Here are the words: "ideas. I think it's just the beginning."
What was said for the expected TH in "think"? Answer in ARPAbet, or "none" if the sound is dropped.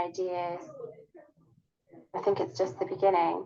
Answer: TH